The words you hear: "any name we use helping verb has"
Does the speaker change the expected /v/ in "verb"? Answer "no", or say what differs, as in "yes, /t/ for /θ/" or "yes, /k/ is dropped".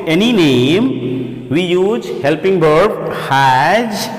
yes, /b/ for /v/